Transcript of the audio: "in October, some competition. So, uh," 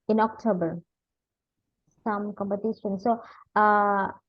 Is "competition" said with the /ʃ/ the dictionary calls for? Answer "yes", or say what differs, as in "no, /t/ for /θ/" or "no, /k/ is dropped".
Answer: no, /s/ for /ʃ/